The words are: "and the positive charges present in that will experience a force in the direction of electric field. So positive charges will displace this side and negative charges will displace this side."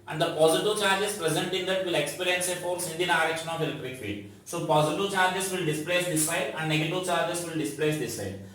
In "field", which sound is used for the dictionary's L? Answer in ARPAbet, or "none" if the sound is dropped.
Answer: none